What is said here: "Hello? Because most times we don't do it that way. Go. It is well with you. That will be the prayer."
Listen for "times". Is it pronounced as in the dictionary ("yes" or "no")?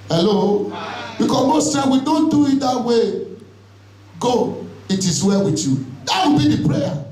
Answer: no